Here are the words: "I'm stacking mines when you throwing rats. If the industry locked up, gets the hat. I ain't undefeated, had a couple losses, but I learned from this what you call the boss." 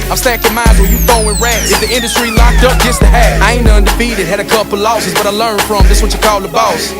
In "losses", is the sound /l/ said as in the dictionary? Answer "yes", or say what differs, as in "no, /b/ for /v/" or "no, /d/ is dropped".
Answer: yes